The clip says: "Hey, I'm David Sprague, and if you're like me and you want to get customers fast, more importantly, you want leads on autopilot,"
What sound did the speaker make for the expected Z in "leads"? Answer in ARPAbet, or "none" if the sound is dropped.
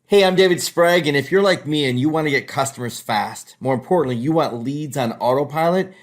Z